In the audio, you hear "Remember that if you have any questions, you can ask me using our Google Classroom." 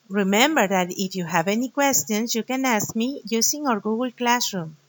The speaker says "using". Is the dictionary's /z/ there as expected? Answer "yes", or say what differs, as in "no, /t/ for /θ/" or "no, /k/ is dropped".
no, /s/ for /z/